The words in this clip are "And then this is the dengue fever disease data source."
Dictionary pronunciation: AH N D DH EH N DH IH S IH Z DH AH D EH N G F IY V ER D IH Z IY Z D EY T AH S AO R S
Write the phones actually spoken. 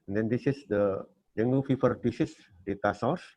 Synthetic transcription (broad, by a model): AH N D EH N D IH S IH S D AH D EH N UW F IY F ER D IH S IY S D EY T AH S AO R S